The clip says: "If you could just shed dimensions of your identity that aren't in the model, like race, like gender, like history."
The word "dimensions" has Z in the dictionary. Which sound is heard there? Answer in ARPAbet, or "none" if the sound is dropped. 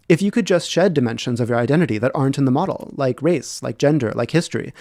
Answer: Z